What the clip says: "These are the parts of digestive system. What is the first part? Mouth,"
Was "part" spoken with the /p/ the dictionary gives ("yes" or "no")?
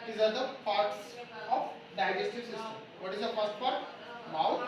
no